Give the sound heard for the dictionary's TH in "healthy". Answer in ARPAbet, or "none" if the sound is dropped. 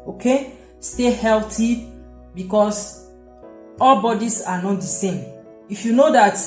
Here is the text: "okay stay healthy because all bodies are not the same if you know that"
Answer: T